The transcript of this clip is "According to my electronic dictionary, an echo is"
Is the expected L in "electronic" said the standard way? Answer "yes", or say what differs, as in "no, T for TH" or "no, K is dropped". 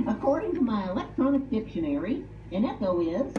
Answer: yes